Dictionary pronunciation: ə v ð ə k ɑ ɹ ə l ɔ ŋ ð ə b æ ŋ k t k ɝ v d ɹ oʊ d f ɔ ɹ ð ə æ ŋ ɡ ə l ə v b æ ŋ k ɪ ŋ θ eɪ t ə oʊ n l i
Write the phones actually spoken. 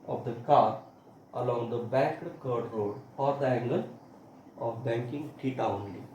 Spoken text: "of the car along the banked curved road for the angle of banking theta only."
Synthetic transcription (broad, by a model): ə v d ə k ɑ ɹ ə l ɔ ŋ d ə b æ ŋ k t k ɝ d ɹ oʊ d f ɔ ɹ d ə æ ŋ ɡ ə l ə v b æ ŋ k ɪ ŋ t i t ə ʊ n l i